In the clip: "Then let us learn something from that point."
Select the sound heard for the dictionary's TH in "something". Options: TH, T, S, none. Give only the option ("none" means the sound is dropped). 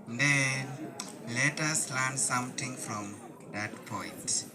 T